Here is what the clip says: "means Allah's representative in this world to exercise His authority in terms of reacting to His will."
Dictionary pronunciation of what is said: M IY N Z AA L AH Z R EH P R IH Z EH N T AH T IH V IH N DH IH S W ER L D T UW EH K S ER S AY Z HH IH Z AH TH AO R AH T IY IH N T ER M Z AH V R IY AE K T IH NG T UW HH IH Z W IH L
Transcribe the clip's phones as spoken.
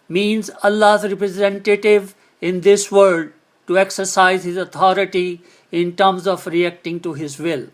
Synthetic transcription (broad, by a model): M IY N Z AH L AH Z R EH P R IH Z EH N T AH T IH V IH N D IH S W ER D T UW EH K S ER S AY Z HH IH Z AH T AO R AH T IY IH N T ER M Z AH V R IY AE K T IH NG T UW HH IH Z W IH L